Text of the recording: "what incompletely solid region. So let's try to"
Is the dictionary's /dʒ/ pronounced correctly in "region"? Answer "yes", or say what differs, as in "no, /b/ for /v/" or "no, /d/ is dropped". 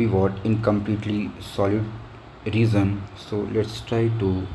no, /z/ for /dʒ/